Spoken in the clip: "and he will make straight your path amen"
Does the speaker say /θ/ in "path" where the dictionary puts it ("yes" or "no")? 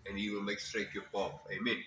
no